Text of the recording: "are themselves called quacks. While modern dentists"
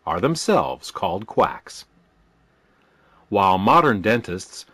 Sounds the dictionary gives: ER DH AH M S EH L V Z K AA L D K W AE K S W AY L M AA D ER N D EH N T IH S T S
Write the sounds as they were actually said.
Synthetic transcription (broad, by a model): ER DH AH M S EH L V Z K AA L D K W AE K S W AY L M AA D ER N D EH N T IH S T S